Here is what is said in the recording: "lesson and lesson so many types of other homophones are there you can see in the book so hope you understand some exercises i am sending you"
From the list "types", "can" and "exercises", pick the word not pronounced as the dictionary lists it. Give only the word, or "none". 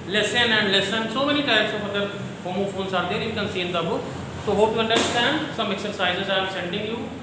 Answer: types